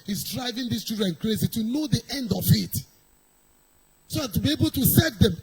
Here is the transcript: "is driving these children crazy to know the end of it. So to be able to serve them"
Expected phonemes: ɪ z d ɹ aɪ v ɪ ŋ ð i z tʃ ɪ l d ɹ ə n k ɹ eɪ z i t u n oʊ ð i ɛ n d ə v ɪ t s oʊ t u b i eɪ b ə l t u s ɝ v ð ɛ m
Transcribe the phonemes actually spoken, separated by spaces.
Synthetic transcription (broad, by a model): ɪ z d ɹ aɪ v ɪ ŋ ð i s tʃ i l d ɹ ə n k ɹ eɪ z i t u n oʊ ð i ɛ n d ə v ɪ t s oʊ t u b i eɪ b ə l t u s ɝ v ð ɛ m